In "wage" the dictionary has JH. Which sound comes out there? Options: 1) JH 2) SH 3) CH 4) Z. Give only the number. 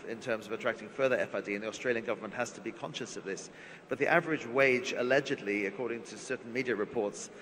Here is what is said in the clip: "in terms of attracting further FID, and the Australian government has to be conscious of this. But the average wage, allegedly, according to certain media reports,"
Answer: 1